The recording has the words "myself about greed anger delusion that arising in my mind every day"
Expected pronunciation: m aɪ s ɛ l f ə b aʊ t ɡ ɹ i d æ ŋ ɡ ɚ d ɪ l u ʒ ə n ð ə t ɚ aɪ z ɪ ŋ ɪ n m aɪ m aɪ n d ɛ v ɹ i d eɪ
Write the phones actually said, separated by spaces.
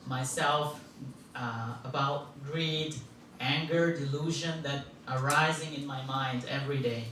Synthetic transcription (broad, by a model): m aɪ s ɛ l f ə b aʊ t ɡ ɹ i d æ ŋ ɡ ɚ d ɪ l u ʒ ə n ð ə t ɚ aɪ z ɪ ŋ ɪ n m aɪ m aɪ n d ɛ v ɹ i d eɪ